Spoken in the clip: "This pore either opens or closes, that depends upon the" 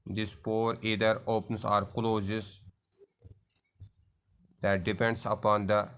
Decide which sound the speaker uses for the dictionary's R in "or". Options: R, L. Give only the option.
R